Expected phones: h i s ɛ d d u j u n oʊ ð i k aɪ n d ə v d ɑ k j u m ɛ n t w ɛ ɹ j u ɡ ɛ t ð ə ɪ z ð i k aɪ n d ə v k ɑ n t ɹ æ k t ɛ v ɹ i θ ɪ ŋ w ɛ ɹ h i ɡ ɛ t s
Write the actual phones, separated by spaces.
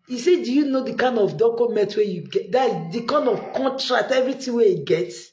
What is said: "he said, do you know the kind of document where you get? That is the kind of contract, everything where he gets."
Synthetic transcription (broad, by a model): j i s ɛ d d u j u n oʊ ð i k aɪ n d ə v d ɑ k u m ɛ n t w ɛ j u ɡ ɛ t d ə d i k aɪ n d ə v k ɑ n t ɹ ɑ k t ɛ v ɹ i t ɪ w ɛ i ɡ ɛ t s